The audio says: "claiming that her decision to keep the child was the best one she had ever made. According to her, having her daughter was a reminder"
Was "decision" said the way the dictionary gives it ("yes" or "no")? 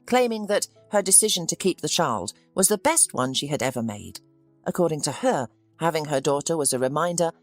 yes